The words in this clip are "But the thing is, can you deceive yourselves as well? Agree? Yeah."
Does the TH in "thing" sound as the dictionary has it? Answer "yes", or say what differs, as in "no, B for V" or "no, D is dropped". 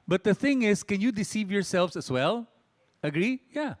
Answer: yes